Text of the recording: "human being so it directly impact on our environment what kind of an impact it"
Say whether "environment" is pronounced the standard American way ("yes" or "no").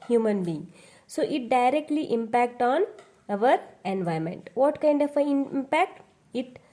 no